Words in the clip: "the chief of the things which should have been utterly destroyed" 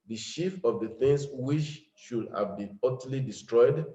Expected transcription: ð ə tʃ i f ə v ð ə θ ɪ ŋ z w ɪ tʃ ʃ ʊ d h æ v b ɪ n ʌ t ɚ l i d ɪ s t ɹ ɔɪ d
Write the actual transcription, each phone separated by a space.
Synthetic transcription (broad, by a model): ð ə ʃ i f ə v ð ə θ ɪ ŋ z w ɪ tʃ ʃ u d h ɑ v b ɪ n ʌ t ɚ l i d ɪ s t ɹ ɔɪ d